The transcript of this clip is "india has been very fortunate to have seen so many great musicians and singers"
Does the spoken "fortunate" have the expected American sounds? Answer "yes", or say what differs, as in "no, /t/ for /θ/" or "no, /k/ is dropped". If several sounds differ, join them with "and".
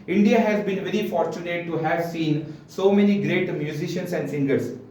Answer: yes